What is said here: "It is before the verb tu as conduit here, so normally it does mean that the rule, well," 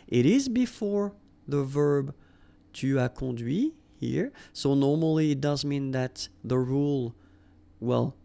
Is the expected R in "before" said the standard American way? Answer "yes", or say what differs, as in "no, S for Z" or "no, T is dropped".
yes